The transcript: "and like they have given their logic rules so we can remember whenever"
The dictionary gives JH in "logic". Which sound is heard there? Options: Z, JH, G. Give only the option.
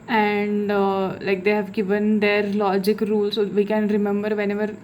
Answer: JH